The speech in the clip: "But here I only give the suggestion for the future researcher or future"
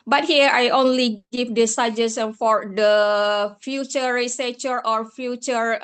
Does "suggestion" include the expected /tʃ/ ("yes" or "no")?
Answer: no